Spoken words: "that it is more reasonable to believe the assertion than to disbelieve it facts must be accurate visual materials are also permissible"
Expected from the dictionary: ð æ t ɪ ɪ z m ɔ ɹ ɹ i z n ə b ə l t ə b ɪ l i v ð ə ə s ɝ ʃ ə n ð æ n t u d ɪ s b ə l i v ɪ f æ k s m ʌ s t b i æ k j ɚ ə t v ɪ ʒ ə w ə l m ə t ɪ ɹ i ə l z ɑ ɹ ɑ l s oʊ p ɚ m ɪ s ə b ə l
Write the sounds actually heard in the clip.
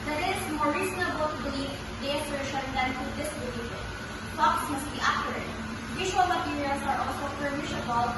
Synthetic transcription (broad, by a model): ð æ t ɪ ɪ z m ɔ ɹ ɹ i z n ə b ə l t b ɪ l i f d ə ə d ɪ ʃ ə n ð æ n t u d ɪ s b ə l i f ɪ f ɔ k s m ʌ s t b i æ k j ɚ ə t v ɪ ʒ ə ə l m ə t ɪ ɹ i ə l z ɑ ɹ ɑ l s oʊ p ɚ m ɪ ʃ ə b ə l